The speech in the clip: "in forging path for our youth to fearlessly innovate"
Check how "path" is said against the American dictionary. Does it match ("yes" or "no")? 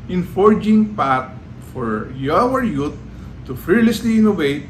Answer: no